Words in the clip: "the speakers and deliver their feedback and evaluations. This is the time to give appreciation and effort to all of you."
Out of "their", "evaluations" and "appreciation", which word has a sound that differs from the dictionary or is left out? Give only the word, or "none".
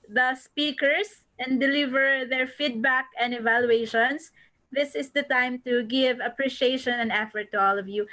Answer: evaluations